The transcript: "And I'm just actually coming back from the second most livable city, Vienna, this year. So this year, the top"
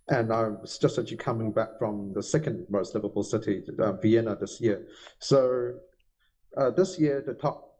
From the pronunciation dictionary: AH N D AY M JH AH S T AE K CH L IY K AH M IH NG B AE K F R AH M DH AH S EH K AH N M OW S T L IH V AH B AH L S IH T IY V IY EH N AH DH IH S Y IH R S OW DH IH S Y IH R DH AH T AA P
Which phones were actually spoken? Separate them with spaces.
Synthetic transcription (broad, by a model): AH N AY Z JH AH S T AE CH IY K AH M IH NG B AE K F R AH M DH AH S EH K AH N M OW S T L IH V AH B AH L S IH T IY V IY EH N AH DH IH S Y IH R S OW DH IH S Y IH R DH AH T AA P